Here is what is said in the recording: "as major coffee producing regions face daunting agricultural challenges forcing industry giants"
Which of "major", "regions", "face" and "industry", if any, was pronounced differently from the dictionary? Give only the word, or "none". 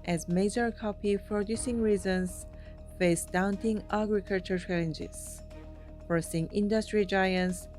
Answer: regions